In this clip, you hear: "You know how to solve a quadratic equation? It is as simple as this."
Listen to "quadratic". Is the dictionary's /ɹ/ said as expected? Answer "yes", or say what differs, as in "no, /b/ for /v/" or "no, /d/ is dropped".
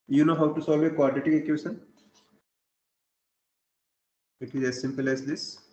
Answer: no, /ɹ/ is dropped